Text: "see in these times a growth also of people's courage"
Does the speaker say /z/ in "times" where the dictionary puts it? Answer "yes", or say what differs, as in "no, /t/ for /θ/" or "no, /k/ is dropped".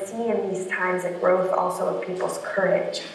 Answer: yes